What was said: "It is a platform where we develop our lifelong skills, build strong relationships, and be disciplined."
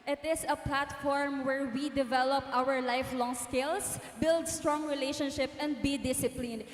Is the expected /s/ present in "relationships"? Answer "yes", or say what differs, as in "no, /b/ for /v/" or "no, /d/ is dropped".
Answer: no, /s/ is dropped